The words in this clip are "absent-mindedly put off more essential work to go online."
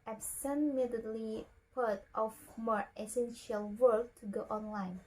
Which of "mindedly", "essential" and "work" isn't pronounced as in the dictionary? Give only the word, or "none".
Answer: mindedly